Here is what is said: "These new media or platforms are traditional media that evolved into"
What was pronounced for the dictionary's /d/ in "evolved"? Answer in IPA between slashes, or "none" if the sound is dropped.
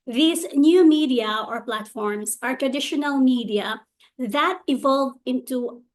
none